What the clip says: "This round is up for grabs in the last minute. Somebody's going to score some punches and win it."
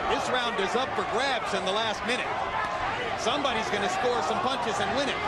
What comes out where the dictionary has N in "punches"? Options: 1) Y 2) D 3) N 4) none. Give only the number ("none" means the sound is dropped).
3